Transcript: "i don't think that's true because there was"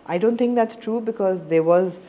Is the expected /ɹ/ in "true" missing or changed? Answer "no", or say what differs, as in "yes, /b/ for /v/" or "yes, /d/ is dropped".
no